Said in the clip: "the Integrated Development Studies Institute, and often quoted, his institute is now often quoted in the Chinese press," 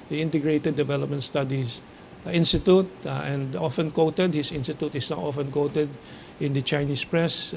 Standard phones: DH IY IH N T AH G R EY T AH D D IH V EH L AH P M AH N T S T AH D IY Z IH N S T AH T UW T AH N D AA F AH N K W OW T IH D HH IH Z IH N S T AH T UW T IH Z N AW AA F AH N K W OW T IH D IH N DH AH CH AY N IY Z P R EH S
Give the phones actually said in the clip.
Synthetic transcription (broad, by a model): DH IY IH N T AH G R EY T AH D D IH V EH L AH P M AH N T S T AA D IY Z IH N S T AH T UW T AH N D AA F AH N K W OW T IH D HH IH S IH N S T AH T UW T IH S N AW AA F AH N K W OW T IH D IH N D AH CH AY N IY S P R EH S